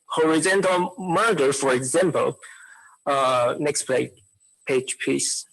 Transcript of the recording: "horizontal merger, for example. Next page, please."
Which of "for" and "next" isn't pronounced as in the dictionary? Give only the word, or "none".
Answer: none